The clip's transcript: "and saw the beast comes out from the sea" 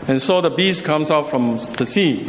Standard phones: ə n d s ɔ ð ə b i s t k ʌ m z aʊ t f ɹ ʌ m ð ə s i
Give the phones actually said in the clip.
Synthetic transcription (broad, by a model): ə n s ɔ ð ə b i s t k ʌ m s aʊ t f ɹ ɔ m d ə s i